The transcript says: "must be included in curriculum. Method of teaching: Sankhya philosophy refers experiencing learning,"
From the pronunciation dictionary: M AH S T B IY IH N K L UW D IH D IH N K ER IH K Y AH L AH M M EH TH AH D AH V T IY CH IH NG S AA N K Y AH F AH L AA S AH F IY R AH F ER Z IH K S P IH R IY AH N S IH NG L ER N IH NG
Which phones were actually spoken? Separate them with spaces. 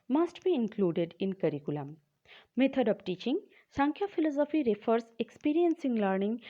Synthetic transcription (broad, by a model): M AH S T B IY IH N K L UW D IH D IH N K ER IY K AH L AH M M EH T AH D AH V T IY CH IH NG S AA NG K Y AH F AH L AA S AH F IY R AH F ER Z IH K S P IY R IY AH N S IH NG L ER N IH NG